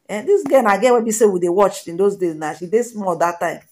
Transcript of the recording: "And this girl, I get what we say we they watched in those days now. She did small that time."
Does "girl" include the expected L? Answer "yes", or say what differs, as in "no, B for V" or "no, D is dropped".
no, N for L